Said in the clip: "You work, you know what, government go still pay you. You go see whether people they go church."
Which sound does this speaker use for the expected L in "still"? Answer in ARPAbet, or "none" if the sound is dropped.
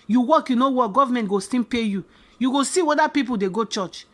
N